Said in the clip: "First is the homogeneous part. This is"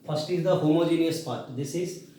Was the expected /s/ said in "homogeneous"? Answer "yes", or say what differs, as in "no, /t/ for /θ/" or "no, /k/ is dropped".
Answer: yes